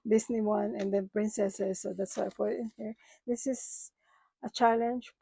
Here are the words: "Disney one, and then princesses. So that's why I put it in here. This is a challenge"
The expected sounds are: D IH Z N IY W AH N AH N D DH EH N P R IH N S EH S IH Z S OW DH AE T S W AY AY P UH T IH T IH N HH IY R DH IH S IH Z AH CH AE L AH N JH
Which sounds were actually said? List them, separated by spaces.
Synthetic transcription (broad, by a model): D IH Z N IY W AH N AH N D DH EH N P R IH N S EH S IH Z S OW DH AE T S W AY AY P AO IH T IH N HH IY R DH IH S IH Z AH CH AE L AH N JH